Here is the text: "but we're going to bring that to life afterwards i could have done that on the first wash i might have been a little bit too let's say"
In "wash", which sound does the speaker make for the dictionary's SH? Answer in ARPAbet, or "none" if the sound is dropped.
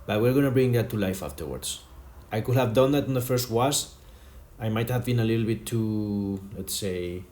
S